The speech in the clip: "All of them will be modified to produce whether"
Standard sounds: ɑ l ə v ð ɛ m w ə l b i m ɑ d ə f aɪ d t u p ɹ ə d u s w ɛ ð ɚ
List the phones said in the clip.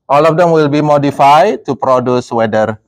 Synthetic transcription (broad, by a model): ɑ l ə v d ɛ m w ə l b i m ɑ d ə f aɪ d t u p ɹ ə d u s w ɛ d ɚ